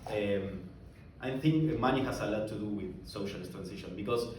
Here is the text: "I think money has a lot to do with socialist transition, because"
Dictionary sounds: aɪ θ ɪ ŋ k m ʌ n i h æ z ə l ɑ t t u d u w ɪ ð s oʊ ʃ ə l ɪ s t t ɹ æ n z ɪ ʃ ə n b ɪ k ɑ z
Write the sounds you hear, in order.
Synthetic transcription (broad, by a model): aɪ θ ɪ ŋ k m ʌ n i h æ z ə l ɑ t t u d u w ɪ ð s oʊ ʃ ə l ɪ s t t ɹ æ n s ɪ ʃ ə n b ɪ k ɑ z